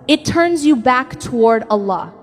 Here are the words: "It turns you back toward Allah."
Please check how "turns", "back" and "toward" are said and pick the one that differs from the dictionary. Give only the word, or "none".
none